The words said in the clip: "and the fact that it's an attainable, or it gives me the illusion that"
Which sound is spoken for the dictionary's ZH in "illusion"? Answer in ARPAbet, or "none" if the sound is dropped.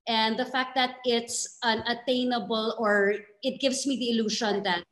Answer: SH